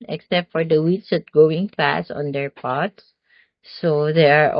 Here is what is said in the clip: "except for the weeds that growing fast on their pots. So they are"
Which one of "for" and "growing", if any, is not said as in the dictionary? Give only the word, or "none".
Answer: growing